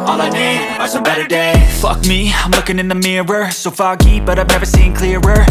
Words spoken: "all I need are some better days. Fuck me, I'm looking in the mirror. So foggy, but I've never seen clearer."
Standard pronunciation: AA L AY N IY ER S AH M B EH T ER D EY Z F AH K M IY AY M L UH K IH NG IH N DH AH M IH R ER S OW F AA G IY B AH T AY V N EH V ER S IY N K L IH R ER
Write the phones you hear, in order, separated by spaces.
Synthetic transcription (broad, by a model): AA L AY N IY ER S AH B EH T ER D EY F AH K M IY AY M L UH K IH NG IH N DH AH M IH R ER S OW F AA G IY B AH T AY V N EH V ER S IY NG K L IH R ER